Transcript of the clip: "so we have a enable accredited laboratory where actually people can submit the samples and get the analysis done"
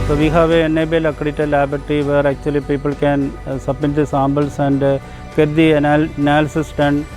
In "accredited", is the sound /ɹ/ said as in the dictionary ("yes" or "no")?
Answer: no